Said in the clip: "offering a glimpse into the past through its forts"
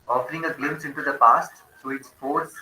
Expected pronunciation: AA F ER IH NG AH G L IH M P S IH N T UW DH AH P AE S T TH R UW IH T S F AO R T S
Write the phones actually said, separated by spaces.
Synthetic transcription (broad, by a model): AA F ER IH NG AH G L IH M S IH N T UW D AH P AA S T T R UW IH T S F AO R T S